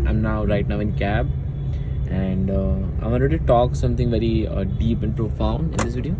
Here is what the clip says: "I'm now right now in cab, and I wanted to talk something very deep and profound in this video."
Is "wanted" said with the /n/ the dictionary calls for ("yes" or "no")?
no